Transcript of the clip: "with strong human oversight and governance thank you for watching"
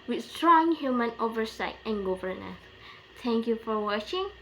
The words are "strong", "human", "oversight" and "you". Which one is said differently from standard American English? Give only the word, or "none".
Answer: none